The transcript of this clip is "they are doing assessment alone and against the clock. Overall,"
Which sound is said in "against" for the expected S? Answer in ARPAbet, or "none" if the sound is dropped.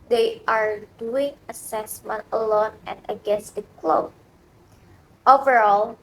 S